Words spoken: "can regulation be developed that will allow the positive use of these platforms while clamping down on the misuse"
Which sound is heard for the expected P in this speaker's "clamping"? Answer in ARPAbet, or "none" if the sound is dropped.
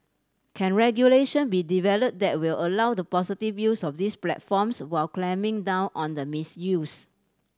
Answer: none